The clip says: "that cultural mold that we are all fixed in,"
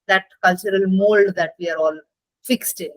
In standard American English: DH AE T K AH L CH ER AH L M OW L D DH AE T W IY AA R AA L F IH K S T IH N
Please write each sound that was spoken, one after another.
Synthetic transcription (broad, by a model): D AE T K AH L CH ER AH L M OW L D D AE T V IY AA R AA L F IH K S T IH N